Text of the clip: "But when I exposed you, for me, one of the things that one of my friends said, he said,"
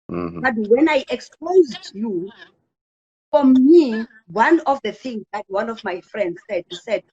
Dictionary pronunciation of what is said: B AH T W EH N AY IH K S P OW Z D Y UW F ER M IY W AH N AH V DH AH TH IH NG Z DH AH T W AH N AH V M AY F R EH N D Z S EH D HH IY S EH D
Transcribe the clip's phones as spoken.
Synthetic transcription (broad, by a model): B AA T W EH N AY IH K S P OW Z D Y UW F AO M IY W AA N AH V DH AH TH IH NG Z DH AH T W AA N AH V M AY F R EH N D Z S EH D HH IY S EH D